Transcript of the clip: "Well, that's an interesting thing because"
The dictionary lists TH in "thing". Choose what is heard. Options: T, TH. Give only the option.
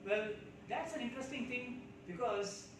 T